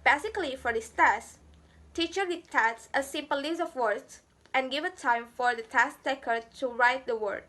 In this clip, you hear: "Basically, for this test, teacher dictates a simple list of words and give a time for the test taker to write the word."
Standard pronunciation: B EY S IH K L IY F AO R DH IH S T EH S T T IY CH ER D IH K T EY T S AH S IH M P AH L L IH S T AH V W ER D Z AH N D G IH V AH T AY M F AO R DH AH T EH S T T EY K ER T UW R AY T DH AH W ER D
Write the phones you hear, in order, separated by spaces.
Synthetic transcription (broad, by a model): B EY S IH K L IY F AO R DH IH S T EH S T T IY CH ER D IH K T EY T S AH S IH M P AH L L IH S AH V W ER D S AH N G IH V AH T AY M F AO R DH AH T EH S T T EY K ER T UW R AY T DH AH W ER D